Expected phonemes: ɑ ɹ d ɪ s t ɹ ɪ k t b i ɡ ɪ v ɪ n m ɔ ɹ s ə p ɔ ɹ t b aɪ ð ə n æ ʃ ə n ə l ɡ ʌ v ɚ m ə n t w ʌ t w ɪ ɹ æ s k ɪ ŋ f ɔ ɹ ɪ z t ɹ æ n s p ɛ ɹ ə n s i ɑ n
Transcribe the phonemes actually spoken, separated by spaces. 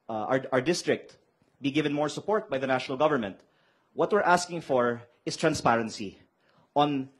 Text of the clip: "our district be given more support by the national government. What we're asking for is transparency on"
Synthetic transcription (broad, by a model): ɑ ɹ d ɪ s t ɹ ɪ k t b i ɡ ɪ v ɪ n m ɔ ɹ s ə p ɔ ɹ t b aɪ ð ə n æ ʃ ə n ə l ɡ ʌ v ɚ m ə n t w ʌ t w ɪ ɹ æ s k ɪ ŋ f ɔ ɹ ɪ s t ɹ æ n s p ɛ ɹ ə n s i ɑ n